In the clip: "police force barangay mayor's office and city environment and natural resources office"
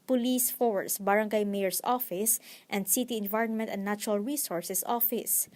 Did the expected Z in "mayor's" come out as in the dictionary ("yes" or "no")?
no